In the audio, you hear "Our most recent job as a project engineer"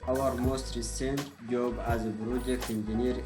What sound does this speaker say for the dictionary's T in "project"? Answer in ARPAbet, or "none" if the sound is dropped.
none